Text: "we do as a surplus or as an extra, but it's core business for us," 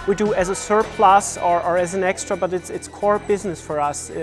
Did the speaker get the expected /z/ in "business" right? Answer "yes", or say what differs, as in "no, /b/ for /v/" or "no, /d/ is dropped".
yes